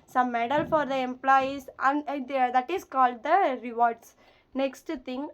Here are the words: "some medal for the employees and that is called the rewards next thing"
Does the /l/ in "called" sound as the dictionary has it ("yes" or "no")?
yes